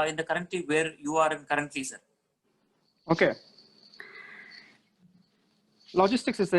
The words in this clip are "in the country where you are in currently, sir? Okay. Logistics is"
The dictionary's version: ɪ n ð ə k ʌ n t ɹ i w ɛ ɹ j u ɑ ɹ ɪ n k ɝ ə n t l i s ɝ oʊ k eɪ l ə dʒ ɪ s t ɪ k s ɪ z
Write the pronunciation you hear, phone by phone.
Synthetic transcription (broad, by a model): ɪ n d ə k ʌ n t l i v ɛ ɹ j u ɑ ɹ ɪ n k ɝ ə n t l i s ɝ oʊ k eɪ l ə dʒ ɪ s t ɪ k s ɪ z